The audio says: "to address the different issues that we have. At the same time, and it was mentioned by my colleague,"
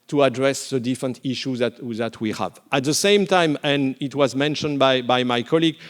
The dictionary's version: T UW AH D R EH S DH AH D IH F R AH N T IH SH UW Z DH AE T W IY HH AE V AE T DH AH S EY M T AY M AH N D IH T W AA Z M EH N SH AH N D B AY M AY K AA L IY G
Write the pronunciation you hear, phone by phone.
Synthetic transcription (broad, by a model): T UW AH D R EH S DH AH D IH F R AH N T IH SH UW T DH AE T W IY HH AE V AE T DH AH S EY M T AY M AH N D IH T W AA Z M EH N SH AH N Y B AY M AY K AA L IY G